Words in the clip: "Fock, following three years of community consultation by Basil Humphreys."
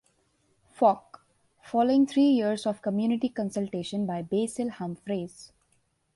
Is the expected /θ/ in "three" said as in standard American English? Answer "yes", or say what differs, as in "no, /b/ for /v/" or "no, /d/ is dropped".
no, /t/ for /θ/